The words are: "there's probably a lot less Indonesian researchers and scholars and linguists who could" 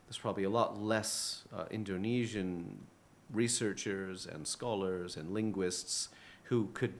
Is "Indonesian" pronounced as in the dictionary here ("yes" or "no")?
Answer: yes